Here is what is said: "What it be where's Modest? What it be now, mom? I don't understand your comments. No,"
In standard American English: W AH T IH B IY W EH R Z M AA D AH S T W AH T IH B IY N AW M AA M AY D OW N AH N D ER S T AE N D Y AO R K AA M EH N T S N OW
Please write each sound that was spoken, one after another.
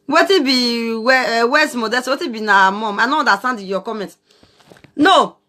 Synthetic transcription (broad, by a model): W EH T IH B IY W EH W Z M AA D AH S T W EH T IH B IY N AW M AA M AY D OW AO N D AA S T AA N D Y AO K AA M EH N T N OW